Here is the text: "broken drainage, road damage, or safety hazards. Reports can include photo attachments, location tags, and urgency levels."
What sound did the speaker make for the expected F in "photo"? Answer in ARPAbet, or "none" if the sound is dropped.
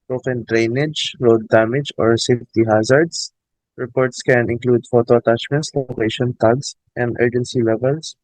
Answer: F